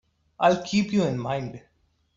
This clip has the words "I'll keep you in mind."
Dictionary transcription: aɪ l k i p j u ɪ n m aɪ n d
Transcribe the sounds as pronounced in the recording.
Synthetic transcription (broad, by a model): aɪ l k i p j u ɪ n m aɪ n d